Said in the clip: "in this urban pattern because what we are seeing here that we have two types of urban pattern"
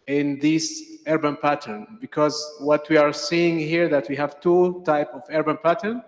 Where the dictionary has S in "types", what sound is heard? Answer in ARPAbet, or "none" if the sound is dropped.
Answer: none